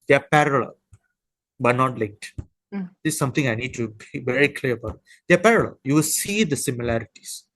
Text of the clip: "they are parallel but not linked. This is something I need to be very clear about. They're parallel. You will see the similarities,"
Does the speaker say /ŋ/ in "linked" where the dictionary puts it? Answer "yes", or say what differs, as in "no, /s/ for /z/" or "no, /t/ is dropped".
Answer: no, /ŋ/ is dropped